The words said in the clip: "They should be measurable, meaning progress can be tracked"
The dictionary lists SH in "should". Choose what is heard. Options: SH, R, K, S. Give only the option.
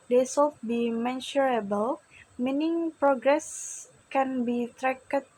S